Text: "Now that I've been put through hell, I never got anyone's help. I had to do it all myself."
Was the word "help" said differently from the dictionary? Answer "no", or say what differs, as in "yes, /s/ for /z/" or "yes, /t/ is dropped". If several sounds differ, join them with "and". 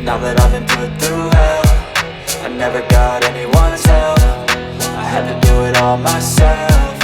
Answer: yes, /f/ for /p/